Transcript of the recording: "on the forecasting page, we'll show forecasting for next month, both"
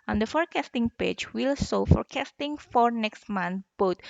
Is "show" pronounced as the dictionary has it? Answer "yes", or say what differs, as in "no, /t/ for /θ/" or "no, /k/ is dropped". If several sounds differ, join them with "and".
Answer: no, /s/ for /ʃ/